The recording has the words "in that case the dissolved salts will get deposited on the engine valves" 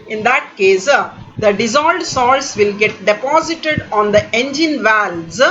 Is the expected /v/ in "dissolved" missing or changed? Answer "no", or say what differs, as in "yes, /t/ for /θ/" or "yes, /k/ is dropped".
yes, /v/ is dropped